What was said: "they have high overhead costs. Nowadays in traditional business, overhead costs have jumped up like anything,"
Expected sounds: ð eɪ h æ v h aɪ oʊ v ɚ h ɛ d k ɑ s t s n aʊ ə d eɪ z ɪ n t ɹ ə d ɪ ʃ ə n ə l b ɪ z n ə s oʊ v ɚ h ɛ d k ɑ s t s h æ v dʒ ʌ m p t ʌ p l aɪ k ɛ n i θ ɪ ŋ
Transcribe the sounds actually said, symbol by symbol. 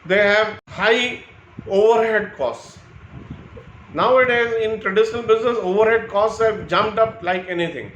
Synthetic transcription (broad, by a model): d eɪ h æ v h aɪ oʊ v ɚ h ɛ d k ɑ s t s n aʊ ə d eɪ z ɪ n t ɹ ə d ɪ ʃ ə n ə l b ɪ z n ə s oʊ v ɚ h ɛ d k ɑ s t s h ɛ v dʒ ʌ m p t ʌ p l aɪ k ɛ n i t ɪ ŋ